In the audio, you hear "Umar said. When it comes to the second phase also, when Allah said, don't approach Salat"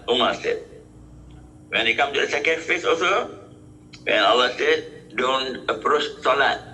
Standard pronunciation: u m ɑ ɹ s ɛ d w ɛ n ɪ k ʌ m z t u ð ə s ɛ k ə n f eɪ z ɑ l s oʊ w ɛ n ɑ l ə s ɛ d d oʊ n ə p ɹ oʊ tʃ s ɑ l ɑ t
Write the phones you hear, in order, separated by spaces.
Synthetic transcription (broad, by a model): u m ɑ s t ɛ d w ɛ n ɪ k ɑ m t u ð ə s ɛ k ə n f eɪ s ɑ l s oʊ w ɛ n ɑ l ə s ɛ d d oʊ n ə p ɹ oʊ tʃ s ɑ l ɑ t